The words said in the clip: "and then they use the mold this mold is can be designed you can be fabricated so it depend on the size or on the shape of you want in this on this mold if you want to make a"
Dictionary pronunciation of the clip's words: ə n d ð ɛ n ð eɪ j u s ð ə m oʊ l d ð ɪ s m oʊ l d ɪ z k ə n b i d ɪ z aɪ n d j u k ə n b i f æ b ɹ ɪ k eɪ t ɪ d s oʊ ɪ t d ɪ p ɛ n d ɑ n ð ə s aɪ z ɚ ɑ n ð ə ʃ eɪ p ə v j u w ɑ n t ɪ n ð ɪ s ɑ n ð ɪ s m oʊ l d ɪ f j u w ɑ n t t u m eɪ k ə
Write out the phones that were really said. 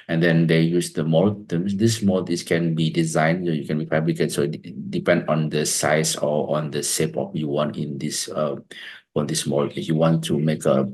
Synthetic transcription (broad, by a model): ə n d ɛ n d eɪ j u s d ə m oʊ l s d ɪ s m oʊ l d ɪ s k ə n b i d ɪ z aɪ n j j u k ə n b i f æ b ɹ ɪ k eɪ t s oʊ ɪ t d ɪ p ɛ n d ɑ n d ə s aɪ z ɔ ɑ n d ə s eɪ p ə f j u w ɑ n t ɪ n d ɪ s ɑ n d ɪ s m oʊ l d j u w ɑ n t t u m eɪ k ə